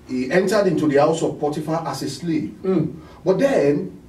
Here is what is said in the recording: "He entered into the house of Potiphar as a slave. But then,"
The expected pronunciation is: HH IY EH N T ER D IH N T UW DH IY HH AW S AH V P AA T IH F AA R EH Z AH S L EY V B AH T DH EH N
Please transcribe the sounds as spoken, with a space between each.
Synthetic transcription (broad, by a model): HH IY EH N T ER D IH N T UW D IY HH AW S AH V P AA T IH F AA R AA S AH S L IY P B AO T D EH N